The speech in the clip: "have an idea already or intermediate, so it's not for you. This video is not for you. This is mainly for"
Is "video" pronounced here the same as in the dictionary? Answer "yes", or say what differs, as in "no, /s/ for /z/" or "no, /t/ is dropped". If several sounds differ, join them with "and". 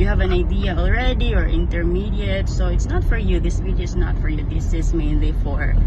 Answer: no, /w/ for /v/